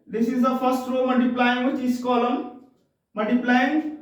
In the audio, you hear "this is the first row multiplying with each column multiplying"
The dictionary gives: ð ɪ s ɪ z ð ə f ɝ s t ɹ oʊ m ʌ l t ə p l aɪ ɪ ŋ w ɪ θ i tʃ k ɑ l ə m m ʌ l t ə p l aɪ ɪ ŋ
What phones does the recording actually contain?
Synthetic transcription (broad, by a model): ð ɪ s ɪ z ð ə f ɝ s t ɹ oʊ m ʌ l t ə p l aɪ ɪ ŋ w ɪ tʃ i s k ɑ l ə m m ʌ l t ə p l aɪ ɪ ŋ